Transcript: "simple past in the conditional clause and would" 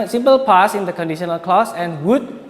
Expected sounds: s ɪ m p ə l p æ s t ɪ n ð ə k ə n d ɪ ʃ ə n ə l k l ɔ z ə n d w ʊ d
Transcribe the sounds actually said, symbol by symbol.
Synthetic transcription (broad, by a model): s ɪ m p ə l p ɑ s ɪ n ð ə k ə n d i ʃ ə n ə l k l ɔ s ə n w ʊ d